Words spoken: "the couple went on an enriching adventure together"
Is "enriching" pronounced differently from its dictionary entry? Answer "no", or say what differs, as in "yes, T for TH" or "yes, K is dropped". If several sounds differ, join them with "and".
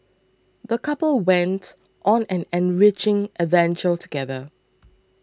no